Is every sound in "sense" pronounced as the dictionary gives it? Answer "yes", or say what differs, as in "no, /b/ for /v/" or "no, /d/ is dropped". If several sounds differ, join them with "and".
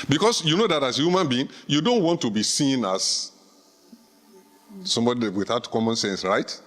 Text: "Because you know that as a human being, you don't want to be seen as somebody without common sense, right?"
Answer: yes